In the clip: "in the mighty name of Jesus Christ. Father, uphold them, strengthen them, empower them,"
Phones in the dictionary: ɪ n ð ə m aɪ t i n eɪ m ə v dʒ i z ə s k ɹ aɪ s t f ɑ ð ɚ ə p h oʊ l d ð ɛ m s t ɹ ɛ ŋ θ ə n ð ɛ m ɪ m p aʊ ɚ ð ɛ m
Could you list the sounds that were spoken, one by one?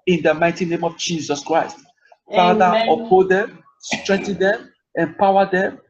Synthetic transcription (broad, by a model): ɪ n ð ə m aɪ t i n eɪ m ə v dʒ i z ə s k ɹ aɪ s t f ɑ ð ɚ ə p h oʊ d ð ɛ m s t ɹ ɛ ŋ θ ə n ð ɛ m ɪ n p aʊ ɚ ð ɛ m